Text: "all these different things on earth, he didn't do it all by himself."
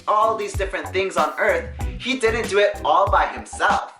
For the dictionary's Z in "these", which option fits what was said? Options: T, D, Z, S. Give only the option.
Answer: Z